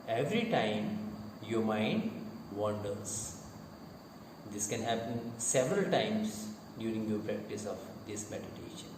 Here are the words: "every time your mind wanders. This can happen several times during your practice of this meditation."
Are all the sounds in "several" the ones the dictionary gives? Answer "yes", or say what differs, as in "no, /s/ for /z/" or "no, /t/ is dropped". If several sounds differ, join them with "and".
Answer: yes